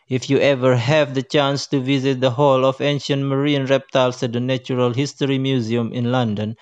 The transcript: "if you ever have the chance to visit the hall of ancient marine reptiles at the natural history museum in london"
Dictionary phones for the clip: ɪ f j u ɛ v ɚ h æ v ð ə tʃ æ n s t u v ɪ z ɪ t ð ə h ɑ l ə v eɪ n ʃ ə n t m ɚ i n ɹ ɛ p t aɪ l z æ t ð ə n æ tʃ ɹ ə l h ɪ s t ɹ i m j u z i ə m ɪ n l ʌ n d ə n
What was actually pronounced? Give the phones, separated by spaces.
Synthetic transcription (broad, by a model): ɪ f j u ɛ v ɚ h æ v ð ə tʃ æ n s t u v ɪ z ɪ t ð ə h ɑ l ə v eɪ n ʃ ə n t m ɚ i n ɹ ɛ p t aɪ l s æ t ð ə n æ tʃ ɹ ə l h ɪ s t ɹ i m j u z i ə m ɪ n l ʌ n d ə n